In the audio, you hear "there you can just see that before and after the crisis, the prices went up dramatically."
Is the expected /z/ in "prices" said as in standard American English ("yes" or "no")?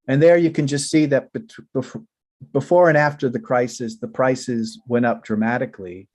yes